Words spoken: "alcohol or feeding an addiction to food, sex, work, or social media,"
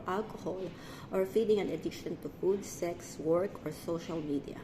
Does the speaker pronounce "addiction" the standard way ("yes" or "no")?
no